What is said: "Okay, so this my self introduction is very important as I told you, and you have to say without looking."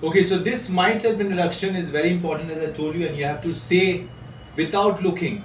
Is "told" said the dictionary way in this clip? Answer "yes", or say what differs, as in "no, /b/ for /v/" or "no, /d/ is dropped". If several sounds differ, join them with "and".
no, /l/ is dropped